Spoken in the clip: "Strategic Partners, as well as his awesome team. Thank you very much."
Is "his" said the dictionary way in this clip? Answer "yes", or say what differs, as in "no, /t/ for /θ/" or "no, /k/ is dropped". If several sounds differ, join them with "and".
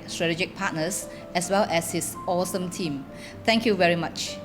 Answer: no, /s/ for /z/